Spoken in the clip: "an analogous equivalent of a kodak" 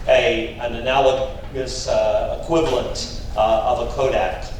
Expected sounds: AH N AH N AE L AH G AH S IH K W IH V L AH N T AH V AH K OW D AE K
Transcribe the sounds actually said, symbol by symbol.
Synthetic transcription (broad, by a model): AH N AH N AE L AH G AH S IH K W IH V L AH N T AH V AH K OW D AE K